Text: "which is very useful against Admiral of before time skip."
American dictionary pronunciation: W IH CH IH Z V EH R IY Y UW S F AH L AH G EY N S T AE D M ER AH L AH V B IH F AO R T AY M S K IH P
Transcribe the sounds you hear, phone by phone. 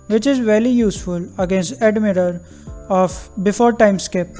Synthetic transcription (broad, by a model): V IH CH IH Z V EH L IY Y UW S F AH L AH G EY N S T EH D M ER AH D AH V B IH F AO R T AY M S K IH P